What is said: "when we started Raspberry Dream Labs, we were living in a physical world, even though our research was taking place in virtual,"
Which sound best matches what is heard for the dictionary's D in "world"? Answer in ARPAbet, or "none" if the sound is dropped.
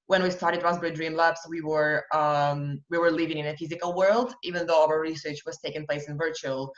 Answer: D